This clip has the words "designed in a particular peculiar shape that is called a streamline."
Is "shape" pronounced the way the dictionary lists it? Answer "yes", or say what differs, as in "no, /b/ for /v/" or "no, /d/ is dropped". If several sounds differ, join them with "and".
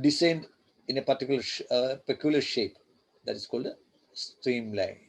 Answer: yes